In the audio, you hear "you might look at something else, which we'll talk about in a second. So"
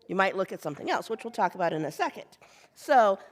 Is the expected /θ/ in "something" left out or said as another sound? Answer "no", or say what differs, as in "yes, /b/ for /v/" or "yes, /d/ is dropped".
no